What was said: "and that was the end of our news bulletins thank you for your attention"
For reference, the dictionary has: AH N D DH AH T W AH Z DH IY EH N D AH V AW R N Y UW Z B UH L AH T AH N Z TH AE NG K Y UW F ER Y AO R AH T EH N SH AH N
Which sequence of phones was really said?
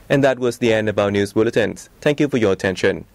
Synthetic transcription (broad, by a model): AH N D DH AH T W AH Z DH IY EH N D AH B AW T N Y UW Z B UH L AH T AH N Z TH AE NG K Y UW F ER Y AO R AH T EH N SH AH N